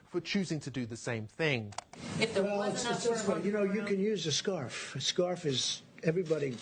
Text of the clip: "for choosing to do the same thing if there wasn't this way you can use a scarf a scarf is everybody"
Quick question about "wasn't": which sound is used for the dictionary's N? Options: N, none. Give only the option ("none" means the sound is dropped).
none